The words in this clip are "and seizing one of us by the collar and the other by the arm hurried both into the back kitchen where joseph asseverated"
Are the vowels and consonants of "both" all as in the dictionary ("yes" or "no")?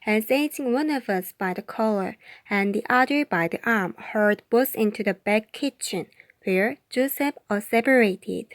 no